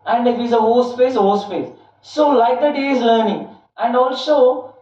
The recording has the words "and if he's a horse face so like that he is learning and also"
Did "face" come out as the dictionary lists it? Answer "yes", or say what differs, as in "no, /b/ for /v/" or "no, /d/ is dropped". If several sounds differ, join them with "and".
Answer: no, /p/ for /f/